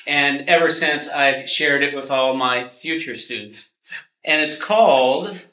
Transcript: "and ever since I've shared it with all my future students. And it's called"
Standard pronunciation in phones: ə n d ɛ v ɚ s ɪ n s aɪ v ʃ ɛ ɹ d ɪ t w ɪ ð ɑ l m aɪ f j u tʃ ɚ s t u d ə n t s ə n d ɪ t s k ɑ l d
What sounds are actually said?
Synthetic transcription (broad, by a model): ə n ɛ v ɚ s ɪ n s aɪ v ʃ ɛ ɹ d ɪ t w ɪ ð ɑ l m aɪ f j u tʃ ɚ s t u d n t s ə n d ɪ t s k ɑ l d